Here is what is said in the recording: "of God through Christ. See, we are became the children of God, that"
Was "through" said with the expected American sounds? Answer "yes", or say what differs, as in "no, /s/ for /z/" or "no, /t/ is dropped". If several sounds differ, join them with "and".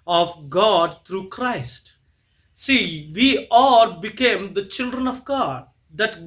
no, /t/ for /θ/